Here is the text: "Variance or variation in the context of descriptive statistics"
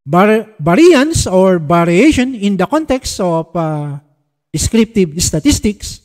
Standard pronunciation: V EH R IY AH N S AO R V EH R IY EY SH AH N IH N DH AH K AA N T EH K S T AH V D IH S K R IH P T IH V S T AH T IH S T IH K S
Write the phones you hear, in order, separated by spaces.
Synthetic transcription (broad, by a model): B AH R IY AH N S AO R B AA R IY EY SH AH N IH N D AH K AA N T EH K S T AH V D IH S K R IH P T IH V S T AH T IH S T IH K S